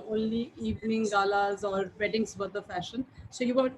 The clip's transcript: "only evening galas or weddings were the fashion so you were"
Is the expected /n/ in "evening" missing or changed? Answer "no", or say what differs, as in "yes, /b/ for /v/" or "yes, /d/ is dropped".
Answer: no